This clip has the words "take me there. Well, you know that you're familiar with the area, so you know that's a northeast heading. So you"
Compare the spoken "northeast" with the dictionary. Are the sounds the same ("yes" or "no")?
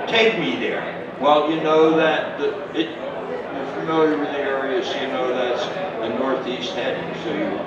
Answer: yes